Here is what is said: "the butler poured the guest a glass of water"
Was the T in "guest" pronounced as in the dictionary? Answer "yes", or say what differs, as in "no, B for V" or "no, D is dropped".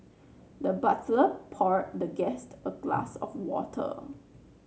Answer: yes